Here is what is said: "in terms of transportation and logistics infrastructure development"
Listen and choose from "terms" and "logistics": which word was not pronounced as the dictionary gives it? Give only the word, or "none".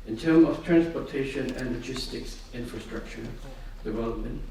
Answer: terms